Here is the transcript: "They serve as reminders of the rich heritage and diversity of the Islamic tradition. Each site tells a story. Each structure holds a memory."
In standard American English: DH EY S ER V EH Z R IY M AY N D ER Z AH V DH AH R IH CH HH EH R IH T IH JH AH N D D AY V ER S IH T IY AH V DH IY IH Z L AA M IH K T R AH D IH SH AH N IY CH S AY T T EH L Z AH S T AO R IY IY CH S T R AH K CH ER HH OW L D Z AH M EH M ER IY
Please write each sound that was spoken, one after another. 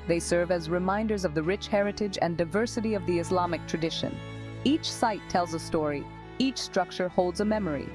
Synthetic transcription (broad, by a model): DH EY S ER V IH Z R IY M AY N D ER Z AH V DH AH R IH CH HH EH R IH T IH JH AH N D D AY V ER S IH T IY AH V DH IY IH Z L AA M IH K T R AH D IH SH AH N IY CH S AY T T EH L Z AH S T AO R IY IY CH S T R AH K CH ER HH OW L D Z AH M EH M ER IY